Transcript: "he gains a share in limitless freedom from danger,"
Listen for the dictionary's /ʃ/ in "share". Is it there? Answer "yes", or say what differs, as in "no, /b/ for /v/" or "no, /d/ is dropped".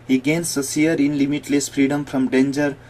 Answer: no, /s/ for /ʃ/